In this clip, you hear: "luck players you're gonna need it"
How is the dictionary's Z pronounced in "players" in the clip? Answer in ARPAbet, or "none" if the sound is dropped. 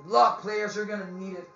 Z